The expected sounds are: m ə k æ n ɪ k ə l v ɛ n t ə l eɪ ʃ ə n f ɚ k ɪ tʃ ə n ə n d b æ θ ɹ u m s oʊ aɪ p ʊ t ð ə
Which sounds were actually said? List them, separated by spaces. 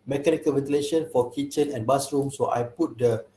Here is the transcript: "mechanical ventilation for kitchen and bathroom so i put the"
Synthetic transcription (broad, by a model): m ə k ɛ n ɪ k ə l v ɛ n t ə l eɪ ʃ ə n f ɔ k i tʃ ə n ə n b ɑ s ɹ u m s oʊ aɪ p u t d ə